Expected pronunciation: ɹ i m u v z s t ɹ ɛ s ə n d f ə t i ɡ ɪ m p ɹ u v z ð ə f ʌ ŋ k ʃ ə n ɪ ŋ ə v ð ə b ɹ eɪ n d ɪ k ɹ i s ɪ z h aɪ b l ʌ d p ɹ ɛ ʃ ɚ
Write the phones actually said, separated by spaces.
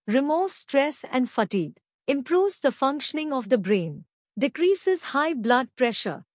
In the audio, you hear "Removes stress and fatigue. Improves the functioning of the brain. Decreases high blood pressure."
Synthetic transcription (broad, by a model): ɹ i m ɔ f s t ɹ ɛ s ə n d f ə t i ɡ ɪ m p ɹ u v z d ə f ʌ ŋ k ʃ ə n ɪ ŋ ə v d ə b ɹ eɪ n d ɪ k ɹ i s ɪ z h aɪ b l ʌ d p ɹ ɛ ʃ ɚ